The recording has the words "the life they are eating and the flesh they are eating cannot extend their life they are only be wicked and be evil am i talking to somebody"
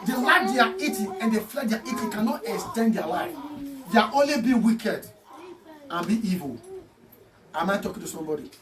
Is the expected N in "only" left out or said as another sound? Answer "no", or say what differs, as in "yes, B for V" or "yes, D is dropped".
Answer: no